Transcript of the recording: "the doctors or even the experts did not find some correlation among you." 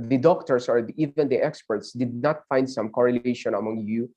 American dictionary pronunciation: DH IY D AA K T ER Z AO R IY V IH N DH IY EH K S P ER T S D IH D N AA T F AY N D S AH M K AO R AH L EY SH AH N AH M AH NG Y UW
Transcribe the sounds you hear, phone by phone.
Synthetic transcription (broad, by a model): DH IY D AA K T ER S AO R IY V IH N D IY EH K S P ER T S D IH D N AA T F AY N D S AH M K AO R AH L EY SH AH N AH M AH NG Y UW